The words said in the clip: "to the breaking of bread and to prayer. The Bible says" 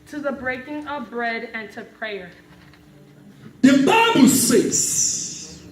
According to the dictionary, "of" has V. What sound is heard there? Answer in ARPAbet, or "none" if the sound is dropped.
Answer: V